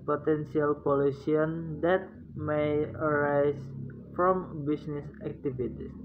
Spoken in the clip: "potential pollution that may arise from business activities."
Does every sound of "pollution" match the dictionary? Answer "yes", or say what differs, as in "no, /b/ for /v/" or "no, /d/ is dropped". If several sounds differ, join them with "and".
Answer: no, /s/ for /ʃ/